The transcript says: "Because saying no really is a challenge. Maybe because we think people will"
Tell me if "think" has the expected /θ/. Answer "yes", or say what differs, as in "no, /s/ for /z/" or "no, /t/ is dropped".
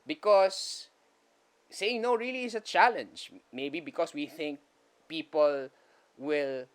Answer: yes